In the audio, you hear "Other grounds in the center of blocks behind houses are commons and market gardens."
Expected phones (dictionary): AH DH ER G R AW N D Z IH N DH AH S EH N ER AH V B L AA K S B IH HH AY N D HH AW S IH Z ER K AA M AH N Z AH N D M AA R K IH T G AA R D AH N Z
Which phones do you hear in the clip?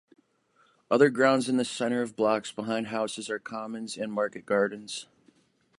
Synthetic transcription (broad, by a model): AH DH ER G R AW N D Z IH N DH AH S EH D ER AH V B L AA K S B IH HH AY N D HH AW S IH Z ER K AA M AH N Z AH N M AA R K IH T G AA R D N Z